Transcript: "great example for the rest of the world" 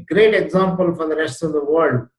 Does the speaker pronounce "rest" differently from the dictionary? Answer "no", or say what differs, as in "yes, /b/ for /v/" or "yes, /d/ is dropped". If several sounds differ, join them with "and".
no